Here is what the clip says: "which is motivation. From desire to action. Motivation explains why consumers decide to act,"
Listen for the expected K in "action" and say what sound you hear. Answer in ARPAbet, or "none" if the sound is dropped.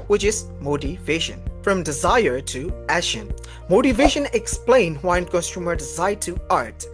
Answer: none